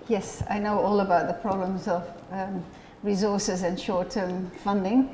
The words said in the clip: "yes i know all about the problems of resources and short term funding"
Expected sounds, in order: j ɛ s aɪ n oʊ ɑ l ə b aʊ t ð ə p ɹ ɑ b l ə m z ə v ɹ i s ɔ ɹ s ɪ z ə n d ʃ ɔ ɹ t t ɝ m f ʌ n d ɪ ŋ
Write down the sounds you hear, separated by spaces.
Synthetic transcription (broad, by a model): j ɛ s aɪ n oʊ ɑ l ə b aʊ t ð ə p ɹ ɑ b l ə m z ə v ɹ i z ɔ ɹ s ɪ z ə n ʃ ɔ ɹ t t ɝ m f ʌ n d ɪ ŋ